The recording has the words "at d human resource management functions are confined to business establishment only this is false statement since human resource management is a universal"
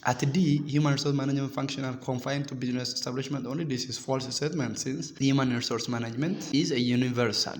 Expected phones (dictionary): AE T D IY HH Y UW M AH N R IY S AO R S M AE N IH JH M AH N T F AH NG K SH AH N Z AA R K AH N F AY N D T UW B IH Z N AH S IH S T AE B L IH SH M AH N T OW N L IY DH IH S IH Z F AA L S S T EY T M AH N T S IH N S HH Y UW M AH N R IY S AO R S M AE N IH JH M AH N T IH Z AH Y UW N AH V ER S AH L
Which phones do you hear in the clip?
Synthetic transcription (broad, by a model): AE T D IY HH Y UW M AH N R IY S AO R S M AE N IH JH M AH N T F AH NG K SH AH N AA L K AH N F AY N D T UW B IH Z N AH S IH S T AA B L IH SH M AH N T OW N L IY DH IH S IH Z F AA L S S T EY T M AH N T S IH N S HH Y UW M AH N R IY S AO R S M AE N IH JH M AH N T IH Z AH Y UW N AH V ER S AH L